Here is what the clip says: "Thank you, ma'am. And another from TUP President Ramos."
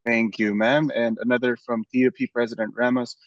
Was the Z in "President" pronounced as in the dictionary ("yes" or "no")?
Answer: yes